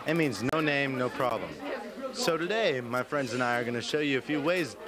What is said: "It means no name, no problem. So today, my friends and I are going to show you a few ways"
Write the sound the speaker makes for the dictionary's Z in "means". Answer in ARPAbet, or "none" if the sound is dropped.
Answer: Z